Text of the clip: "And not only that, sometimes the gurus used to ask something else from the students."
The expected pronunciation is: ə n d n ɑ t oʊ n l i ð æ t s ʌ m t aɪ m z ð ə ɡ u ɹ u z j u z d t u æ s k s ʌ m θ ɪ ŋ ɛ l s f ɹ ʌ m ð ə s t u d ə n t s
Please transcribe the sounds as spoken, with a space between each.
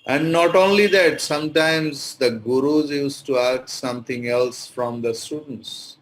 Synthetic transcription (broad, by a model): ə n d n ɑ t oʊ n l i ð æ t s ʌ m t aɪ m z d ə ɡ u ɹ u z j u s t u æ k s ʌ m t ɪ ŋ ɛ l s f ɹ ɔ m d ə s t u d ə n t s